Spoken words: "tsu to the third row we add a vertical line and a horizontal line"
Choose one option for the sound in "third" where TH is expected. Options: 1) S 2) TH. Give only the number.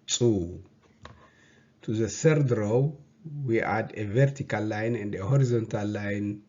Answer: 1